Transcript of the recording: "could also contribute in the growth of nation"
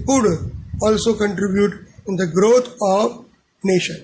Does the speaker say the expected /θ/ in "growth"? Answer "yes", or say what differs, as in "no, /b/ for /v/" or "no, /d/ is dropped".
no, /t/ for /θ/